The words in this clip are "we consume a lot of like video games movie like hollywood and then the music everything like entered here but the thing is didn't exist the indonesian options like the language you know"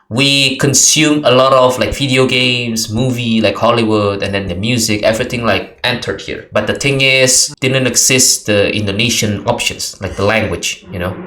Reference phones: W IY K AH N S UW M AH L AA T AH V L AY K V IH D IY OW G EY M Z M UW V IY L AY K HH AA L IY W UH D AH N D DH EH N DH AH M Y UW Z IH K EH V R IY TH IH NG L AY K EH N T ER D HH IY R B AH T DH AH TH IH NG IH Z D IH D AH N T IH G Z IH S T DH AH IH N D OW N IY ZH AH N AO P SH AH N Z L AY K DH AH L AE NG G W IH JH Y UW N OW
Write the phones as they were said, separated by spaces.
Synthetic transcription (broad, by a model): W IY K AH N S UW M AH L AA T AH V L AY K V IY D IY OW G EY M S M UW V IY L AY K HH AA L IY W UH D AH N D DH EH N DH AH M Y UW Z IH K EH V R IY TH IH NG L AY K EH N T ER D HH IY R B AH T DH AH T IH NG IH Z D IH D AH N T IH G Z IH S T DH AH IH N D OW N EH SH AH N AO P SH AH N S L AY K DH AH L AE NG G W IH JH Y UW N OW